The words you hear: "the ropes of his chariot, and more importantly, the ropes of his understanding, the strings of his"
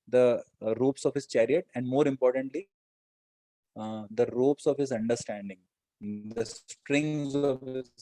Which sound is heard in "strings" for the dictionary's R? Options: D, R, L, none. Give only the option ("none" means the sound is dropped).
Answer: R